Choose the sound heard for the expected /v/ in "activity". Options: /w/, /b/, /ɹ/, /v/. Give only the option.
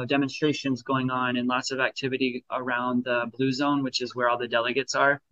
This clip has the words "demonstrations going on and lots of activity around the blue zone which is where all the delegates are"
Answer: /v/